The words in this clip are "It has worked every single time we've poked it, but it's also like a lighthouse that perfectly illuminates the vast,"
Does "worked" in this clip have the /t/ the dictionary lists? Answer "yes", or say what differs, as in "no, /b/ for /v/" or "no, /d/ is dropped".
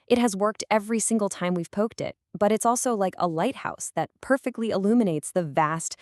yes